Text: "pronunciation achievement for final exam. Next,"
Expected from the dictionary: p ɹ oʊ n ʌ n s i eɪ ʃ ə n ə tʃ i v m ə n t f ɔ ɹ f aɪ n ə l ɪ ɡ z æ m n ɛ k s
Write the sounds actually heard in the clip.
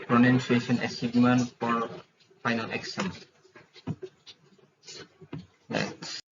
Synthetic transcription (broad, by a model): p ɹ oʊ n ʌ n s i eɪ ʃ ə n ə s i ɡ m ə n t f ɔ ɹ f aɪ n ə l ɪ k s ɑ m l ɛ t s